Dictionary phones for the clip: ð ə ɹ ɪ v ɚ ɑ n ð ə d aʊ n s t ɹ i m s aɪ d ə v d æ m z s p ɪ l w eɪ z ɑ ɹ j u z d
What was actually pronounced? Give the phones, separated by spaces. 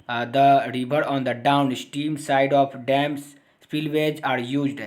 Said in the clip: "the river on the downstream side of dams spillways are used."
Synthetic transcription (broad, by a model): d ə ɹ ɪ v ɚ ɑ n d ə d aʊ n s t i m s aɪ d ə f d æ m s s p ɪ l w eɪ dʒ ɑ ɹ j u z d